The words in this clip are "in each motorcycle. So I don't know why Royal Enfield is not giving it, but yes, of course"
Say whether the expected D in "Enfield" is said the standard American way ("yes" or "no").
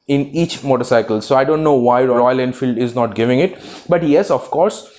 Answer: yes